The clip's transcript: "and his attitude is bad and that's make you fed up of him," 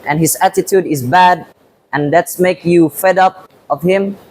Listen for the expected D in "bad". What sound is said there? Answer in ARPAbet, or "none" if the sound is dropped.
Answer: D